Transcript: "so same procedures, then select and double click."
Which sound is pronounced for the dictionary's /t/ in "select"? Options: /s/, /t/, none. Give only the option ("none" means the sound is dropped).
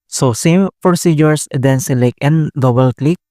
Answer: none